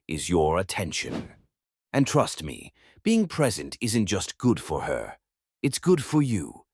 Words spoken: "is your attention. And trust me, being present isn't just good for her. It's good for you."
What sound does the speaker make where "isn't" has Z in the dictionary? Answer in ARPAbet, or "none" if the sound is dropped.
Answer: Z